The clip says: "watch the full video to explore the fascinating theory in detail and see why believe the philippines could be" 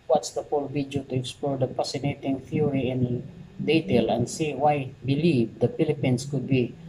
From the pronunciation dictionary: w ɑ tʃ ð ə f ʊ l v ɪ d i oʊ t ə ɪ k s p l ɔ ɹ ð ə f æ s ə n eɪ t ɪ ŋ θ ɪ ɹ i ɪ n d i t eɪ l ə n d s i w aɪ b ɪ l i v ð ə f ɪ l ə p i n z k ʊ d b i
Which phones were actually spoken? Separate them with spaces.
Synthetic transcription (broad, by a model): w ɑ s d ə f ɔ l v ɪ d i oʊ t ə ɪ k s p l ɔ ɹ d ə p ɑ s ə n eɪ t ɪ ŋ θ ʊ ɹ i ɪ n d i t eɪ l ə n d s i w aɪ b ɪ l i v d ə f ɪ l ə p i n s k ʊ d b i